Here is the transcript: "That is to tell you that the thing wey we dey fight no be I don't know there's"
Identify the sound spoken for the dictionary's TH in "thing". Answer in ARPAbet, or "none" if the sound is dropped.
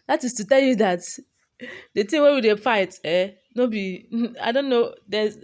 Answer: T